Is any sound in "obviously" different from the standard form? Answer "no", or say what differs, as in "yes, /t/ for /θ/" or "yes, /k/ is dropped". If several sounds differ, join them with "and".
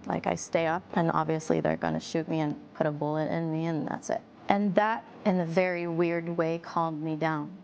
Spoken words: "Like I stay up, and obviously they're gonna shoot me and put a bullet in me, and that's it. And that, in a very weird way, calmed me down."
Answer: no